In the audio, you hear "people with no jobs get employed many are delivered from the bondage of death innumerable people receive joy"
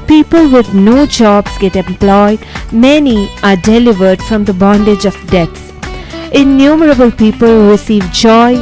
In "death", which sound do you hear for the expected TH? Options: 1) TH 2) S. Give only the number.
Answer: 2